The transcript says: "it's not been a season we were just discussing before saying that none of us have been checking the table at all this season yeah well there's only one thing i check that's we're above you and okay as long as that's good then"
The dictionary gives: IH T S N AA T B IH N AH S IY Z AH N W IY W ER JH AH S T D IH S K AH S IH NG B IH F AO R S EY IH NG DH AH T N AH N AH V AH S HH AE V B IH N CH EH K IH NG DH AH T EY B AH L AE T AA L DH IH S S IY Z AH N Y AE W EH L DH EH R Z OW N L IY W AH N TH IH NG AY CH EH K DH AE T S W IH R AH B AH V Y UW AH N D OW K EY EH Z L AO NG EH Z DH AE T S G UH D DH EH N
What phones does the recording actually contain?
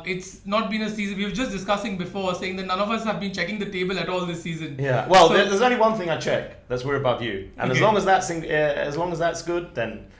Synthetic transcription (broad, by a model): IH T S N AA T B IH N AH S IY Z AH N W IY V JH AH S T D IH S K AH S IH NG B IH F AO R S EY IH NG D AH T N AH N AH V AH S HH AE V B IH N CH EH K IH NG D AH T EY B AH L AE T AA L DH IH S S IY Z AH N Y AE W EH L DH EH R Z OW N L IY W AH N TH IH NG AY CH EH K DH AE T S W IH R AH B AH V Y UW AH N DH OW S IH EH Z L AO NG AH Z DH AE T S G UH D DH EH N